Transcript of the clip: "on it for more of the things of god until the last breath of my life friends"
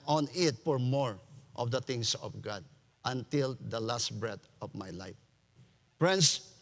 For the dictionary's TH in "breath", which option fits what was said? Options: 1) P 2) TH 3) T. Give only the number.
3